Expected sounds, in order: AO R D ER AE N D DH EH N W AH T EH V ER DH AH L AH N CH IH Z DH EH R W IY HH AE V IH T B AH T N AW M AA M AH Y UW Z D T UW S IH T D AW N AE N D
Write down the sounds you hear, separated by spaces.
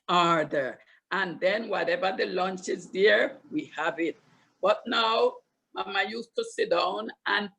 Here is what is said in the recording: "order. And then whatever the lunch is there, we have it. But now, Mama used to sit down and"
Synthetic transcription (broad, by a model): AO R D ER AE N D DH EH N W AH T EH V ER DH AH L AH N CH IH Z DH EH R W IY HH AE V IH T B AH T N AW M AA M AH Y UW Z T UW S IH T D AW N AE N